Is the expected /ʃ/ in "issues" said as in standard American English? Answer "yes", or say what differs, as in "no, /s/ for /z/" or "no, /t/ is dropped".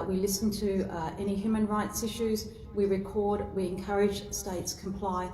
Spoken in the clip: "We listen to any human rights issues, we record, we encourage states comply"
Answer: yes